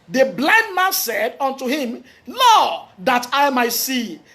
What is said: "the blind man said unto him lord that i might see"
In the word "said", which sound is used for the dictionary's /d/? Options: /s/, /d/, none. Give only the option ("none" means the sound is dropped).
/d/